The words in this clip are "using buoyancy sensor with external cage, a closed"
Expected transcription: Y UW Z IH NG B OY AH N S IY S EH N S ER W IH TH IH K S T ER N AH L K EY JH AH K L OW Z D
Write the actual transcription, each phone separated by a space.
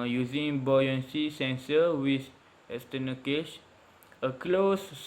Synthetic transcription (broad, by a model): Y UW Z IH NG B OY AH N S IY S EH N S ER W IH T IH S T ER N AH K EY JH AH K L OW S